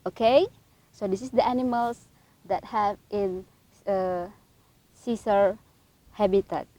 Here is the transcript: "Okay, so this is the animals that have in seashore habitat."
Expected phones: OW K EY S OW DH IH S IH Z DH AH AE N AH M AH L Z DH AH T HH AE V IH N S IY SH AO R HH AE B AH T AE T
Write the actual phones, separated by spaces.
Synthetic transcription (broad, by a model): OW K EY S OW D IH S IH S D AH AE N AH M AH L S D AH T HH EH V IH N S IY S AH R HH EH B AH T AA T